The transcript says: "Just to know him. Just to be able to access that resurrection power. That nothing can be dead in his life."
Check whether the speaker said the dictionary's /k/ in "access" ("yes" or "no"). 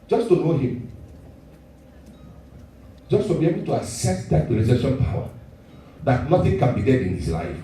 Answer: no